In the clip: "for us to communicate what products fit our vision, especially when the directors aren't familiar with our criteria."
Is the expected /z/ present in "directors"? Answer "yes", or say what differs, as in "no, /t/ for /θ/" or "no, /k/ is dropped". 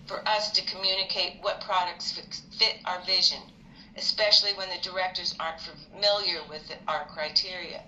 yes